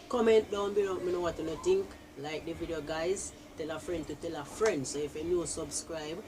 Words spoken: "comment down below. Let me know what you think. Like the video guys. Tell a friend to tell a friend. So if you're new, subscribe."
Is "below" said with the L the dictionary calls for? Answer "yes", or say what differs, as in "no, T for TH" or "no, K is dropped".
no, N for L